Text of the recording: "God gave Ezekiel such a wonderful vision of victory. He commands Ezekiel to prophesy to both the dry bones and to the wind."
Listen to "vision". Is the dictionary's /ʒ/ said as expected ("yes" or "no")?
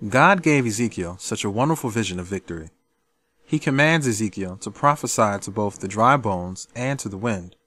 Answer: yes